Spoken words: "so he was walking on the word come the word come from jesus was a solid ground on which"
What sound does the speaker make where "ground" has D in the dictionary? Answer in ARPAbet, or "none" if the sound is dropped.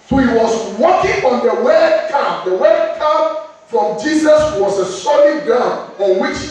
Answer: none